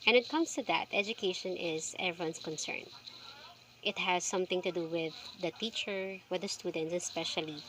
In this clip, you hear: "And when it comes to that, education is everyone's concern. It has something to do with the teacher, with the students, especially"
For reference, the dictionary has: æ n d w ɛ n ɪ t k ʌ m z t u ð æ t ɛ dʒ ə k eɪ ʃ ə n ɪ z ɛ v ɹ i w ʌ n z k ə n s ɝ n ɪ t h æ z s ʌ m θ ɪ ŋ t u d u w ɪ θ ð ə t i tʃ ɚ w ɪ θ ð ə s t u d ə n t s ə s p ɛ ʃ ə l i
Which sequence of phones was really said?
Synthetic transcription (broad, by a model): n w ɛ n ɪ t k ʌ m s t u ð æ t ɛ dʒ ə k eɪ ʃ ə n ɪ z ɛ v ɹ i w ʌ n s k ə n s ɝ n ɪ t h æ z s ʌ m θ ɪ ŋ t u d u w ɪ ð ə t i tʃ ɚ w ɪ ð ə s t u d ə n t s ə s p ɛ ʃ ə l i